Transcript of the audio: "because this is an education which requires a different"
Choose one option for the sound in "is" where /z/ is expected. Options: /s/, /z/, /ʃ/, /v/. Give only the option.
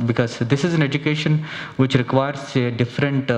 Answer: /z/